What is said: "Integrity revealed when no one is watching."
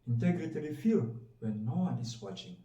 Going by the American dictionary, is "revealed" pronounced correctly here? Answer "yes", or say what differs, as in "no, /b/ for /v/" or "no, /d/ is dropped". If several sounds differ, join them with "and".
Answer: no, /l/ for /ɹ/ and /f/ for /v/